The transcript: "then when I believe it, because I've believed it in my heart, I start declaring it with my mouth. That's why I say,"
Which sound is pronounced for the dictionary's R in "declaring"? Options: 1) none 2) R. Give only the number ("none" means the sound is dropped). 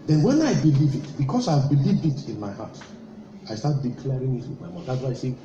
2